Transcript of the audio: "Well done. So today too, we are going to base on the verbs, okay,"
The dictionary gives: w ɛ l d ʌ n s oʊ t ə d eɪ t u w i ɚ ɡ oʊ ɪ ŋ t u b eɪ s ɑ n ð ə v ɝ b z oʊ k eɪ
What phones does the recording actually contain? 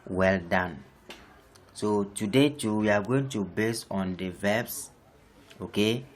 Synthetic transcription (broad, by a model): w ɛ l d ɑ n s oʊ t ə d eɪ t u w i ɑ ɡ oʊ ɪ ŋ t u b eɪ s ɑ n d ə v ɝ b s oʊ k eɪ